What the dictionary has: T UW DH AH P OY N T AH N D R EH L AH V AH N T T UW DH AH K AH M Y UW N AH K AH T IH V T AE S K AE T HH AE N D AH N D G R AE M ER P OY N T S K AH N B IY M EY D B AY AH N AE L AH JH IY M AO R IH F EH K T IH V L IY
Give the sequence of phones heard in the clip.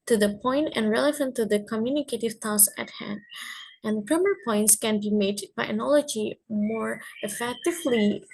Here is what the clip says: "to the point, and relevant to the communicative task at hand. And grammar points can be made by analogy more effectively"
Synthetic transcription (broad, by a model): T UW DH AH P OY N T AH N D R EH L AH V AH N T T UW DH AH K AH M Y UW N AH K AH T IH V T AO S AE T HH AE N D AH N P R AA M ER P OY N T S K AH N B IY M EY D B AY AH N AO L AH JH IY M AO R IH F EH K T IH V L IY